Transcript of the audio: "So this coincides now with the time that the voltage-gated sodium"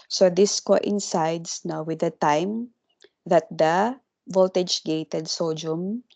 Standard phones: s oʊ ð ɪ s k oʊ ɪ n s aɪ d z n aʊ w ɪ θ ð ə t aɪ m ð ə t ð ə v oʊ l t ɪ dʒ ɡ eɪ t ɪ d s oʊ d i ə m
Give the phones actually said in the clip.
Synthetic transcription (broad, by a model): s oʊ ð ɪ s k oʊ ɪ n s aɪ d s n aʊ w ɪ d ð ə t aɪ m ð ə t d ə v oʊ l t ɪ dʒ ɡ eɪ t ɪ d s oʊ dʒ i m